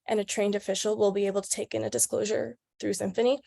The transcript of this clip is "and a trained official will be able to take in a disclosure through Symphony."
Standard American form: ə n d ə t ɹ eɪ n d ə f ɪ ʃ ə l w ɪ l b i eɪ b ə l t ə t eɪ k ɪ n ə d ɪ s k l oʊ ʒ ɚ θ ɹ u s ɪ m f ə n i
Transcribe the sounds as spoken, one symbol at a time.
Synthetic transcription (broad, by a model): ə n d ə t ɹ eɪ n d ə f ɪ ʃ l w ɪ l b i eɪ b l t ə t eɪ k ɪ n ə d ɪ s k l oʊ ʒ ɚ θ ɹ u s ɪ m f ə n i